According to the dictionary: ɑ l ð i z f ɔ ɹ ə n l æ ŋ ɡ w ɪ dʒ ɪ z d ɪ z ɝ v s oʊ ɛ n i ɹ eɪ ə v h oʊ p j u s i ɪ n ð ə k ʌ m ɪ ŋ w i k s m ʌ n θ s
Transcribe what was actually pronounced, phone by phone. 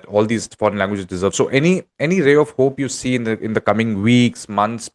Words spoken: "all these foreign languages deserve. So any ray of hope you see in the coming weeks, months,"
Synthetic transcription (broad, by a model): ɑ l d i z f ɔ ɹ ə n l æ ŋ ɡ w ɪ dʒ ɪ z d ɪ z ɝ v s oʊ ɛ n i ɹ eɪ ə v h oʊ p j u s i ɪ n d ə k ʌ m ɪ ŋ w i k s m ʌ n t s